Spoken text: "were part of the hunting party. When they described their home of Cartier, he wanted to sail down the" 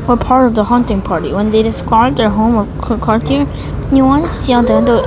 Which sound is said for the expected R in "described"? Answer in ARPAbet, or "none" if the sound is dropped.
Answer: none